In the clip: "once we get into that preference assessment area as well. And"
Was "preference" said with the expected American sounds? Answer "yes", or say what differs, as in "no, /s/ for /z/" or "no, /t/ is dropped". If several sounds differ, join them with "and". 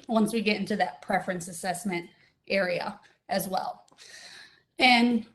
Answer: yes